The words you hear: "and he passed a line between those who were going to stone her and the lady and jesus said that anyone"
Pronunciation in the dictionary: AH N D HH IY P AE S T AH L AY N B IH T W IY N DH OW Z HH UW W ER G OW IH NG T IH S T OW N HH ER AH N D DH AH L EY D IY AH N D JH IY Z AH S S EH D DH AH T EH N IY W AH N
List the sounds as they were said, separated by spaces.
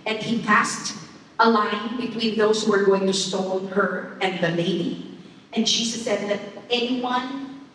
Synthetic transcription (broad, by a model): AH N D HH IY P AE S T AH L AY N B IH T W IY N DH OW Z HH UW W ER G OW IH NG T IH S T OW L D ER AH N DH AH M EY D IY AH N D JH IY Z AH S S EH D DH AH T EH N IY W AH N